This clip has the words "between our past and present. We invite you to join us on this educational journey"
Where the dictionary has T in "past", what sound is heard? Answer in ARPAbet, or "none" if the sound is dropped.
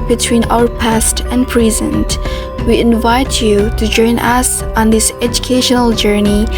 T